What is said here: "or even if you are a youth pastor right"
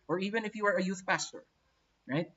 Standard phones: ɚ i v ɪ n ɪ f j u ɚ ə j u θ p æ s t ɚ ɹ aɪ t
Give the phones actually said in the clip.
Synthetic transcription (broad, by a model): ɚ i v ɪ n ɪ f j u ɚ ə j u θ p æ s t ɚ ɹ aɪ t